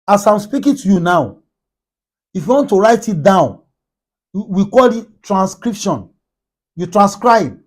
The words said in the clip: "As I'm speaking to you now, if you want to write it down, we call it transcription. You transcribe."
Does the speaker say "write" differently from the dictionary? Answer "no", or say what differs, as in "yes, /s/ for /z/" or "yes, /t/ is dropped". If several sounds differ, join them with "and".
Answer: no